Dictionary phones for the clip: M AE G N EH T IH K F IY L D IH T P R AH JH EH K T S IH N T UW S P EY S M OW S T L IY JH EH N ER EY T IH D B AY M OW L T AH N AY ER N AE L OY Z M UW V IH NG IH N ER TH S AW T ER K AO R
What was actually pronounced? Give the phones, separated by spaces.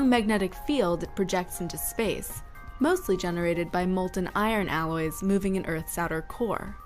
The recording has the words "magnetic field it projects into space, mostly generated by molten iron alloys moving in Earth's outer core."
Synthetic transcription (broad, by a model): M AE G N EH T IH K F IY L D IH T P R AH JH EH K T S IH N T UW S P EY S M OW S T L IY JH EH N ER EY T IH D B AY M OW L T N AY ER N AE L OY Z M UW V IH NG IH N ER TH S AW T ER K AO R